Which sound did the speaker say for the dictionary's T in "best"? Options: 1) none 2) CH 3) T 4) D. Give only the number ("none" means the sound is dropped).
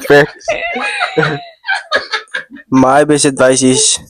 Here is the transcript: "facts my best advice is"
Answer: 1